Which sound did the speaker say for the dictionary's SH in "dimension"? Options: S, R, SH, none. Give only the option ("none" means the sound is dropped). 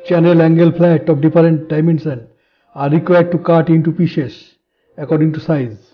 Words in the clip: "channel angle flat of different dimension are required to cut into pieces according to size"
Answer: S